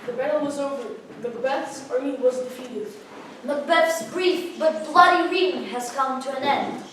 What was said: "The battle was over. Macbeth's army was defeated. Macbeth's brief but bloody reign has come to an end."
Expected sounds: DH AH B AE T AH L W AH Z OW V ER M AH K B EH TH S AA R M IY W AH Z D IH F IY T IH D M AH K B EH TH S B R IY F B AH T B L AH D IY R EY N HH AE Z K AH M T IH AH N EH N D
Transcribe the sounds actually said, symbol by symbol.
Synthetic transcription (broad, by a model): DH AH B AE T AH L W AH Z OW V ER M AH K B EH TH S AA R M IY W AH Z D IH F IY T IH D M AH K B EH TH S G R IY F B AH T B L AH D IY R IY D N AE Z K AH M T IH AH N EH N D